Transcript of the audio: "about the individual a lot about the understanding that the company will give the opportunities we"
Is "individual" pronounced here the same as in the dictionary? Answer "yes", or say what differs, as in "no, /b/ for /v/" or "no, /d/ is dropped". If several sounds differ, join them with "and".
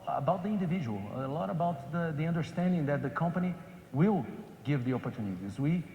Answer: yes